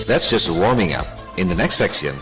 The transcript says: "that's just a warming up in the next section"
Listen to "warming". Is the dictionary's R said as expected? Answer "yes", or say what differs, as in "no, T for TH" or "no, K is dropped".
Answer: yes